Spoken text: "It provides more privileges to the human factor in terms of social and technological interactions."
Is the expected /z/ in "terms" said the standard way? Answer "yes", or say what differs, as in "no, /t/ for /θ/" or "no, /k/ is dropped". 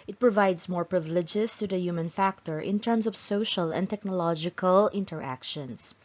no, /s/ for /z/